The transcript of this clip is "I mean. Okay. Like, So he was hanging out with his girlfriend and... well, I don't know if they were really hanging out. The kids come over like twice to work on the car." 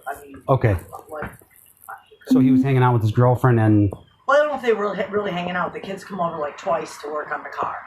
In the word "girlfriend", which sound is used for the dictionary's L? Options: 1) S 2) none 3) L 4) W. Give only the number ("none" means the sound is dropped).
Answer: 3